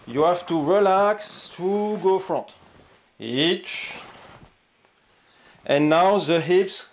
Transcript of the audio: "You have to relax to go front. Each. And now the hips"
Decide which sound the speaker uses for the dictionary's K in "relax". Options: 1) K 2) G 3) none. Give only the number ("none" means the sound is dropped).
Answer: 1